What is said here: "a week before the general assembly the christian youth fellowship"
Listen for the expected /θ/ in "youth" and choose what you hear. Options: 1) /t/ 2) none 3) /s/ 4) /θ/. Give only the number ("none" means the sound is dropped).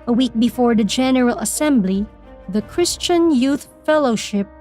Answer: 4